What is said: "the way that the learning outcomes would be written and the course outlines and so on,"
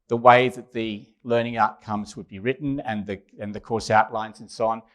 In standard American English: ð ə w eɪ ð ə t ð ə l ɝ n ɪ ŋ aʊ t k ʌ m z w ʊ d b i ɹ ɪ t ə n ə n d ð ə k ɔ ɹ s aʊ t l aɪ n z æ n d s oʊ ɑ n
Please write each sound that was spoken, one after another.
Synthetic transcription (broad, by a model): ð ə w eɪ ð ə t ð ə l ɝ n ɪ ŋ aʊ t k ʌ m z w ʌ d b i ɹ ɪ t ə n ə n ð ə k ɔ ɹ s aʊ t l aɪ n z n s oʊ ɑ n